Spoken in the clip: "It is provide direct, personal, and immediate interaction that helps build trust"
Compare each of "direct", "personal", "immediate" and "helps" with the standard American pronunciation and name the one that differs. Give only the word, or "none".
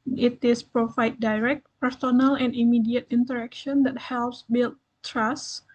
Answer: none